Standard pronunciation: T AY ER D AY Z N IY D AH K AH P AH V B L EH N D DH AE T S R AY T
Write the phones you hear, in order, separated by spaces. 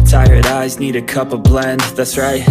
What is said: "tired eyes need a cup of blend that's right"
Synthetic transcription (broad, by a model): T AY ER D AY Z N IY D AH K AH P AH V B L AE N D DH AE T S R AY T